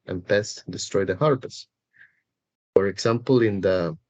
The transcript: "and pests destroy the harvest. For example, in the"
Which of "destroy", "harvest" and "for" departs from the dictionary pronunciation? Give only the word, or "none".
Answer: harvest